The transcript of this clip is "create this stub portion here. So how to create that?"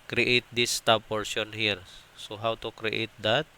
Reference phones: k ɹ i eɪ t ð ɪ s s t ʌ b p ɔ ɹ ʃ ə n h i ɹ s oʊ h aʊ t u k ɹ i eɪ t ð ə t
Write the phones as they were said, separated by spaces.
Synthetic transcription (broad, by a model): k ɹ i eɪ t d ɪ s s t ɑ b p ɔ ɹ s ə n h i ɹ s oʊ h aʊ t u k ɹ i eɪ t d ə t